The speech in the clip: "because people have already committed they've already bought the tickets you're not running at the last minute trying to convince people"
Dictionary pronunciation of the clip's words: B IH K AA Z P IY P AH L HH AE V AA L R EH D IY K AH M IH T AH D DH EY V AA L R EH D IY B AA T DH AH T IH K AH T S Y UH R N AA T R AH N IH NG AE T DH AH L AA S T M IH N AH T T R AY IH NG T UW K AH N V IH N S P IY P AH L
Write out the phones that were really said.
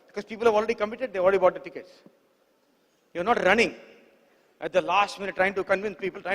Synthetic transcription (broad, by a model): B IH K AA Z P IY P AH L HH AE V AA L R EH D IY K AH M IH T AH D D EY AA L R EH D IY B AA T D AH T IH K AH T S Y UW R N AA T R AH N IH NG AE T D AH L AA S T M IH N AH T T R AY IH NG T UW K AH N V IH N S P IY P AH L